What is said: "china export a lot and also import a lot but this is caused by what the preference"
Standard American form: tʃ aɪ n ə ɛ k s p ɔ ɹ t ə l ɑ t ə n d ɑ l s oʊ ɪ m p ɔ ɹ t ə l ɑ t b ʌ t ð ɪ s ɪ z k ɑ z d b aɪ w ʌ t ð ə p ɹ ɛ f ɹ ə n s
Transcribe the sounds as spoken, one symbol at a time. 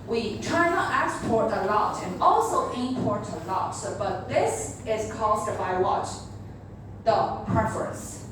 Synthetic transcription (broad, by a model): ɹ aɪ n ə ɛ k s p ɔ ɹ t ə l ɑ t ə n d ɑ l s oʊ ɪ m p ɔ ɹ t ə l ɑ t b ʌ t ð ɪ s ɪ z k ɑ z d b aɪ w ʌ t ð ə p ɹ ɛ f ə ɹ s